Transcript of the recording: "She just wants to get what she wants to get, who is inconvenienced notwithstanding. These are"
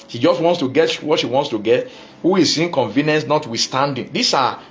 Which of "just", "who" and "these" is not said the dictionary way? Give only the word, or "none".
these